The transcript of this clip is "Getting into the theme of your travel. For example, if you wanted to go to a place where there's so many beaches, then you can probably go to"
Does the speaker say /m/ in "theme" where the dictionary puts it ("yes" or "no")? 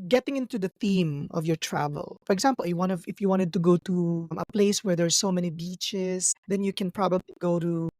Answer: yes